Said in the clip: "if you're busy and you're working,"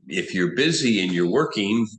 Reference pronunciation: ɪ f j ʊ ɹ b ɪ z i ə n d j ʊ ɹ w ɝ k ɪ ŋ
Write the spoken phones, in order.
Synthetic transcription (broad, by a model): ɪ f j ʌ ɹ b ɪ z i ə n j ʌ ɹ w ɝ k ɪ ŋ